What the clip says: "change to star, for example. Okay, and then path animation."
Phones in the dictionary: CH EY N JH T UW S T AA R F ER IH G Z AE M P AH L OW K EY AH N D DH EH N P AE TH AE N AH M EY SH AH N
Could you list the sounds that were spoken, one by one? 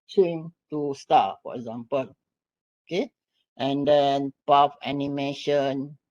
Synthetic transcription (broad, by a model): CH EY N T UW S T AA F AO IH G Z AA M P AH L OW K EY AH N D EH N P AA F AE N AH M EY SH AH N